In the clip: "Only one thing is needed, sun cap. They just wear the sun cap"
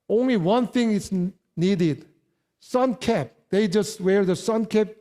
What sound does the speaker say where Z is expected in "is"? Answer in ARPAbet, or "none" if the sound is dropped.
S